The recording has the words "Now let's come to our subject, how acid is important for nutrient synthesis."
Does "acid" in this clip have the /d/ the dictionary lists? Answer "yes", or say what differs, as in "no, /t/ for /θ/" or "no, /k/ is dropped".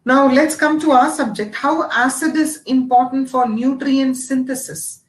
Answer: yes